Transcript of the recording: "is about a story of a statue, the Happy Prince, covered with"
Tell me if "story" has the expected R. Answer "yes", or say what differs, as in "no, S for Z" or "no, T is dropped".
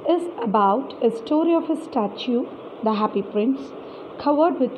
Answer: yes